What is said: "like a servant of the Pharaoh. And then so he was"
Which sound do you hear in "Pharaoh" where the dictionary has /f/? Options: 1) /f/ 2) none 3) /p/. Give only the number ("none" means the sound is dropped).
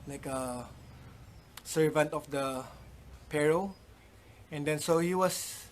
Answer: 3